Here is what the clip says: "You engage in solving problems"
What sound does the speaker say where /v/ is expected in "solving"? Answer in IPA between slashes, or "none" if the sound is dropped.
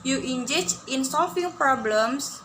/f/